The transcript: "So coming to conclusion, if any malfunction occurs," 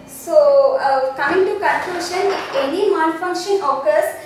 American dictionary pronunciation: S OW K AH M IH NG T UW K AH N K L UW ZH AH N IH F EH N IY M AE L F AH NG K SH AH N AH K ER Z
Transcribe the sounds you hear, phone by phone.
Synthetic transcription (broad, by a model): S OW K AH M IH NG T UW K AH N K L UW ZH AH N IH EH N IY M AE N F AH NG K SH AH N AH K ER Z